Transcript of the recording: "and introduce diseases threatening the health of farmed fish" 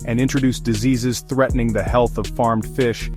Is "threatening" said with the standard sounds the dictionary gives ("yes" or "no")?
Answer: yes